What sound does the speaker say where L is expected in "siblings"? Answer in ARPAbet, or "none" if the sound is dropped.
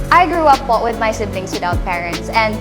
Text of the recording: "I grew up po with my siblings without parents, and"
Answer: N